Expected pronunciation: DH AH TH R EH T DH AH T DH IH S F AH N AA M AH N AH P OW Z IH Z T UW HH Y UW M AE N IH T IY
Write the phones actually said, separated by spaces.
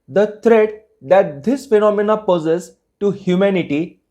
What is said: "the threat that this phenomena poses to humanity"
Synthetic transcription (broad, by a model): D AH T R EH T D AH T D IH S F AH N AA M AH N AH P OW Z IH S T UW HH Y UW M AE N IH T IY